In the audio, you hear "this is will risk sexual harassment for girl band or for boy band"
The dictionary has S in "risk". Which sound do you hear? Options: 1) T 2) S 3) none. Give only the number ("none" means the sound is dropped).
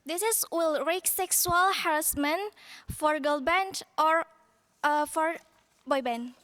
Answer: 3